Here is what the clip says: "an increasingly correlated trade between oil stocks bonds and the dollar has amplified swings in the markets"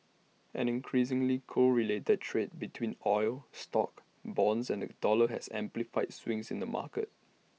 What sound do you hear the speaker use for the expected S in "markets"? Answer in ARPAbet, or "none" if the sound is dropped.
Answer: none